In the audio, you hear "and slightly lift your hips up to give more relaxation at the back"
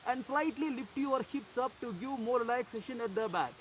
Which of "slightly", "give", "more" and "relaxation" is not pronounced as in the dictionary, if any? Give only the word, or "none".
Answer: relaxation